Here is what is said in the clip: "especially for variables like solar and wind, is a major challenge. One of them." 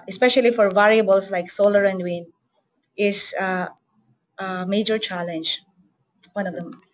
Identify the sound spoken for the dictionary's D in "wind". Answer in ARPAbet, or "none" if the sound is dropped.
none